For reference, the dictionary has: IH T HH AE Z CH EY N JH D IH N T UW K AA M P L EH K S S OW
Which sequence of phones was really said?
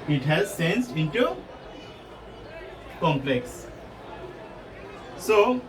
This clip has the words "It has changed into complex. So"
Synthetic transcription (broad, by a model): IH T HH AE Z S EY N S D IH N T UW K AA M P L EH K S S OW